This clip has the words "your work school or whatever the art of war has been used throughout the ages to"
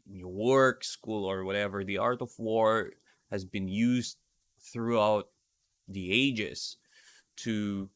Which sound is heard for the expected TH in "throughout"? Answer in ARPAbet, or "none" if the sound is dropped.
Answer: TH